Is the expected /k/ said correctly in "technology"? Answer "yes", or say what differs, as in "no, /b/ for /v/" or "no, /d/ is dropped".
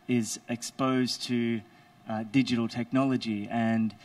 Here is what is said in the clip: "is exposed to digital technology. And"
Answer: yes